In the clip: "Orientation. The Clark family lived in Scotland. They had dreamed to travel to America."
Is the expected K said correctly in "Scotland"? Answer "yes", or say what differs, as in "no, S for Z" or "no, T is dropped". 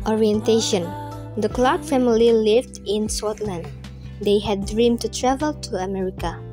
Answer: no, K is dropped